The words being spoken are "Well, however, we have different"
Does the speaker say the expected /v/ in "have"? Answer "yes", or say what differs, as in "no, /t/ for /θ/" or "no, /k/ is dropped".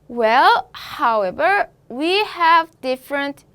yes